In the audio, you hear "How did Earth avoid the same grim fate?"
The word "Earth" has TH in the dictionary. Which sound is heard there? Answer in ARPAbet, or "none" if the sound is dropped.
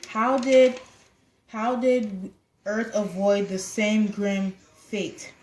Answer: TH